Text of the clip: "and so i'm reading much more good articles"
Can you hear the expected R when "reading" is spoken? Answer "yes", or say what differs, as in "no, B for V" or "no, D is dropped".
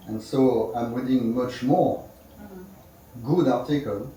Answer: no, W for R